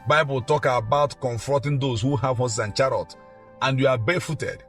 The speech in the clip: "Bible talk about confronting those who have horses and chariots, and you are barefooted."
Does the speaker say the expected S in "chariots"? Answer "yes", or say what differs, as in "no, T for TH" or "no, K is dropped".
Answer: no, S is dropped